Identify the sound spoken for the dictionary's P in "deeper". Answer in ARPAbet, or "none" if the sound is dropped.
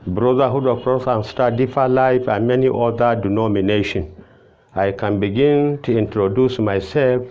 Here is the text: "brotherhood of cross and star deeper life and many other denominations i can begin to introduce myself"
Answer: F